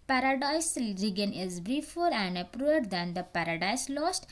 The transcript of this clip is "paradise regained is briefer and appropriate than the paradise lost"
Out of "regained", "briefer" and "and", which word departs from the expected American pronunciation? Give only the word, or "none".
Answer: regained